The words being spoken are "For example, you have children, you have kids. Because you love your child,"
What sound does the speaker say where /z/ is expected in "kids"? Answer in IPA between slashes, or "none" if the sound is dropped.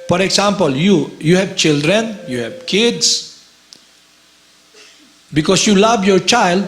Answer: /s/